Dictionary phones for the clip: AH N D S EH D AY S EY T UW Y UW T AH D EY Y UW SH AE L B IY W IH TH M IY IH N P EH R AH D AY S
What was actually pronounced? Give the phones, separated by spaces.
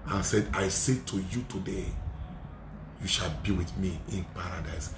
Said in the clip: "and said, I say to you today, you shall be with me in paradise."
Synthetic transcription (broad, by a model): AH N S EH D AY S EY T UW Y UW T AH D EY Y UW SH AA L B IY W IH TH M IY IH N P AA R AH D AY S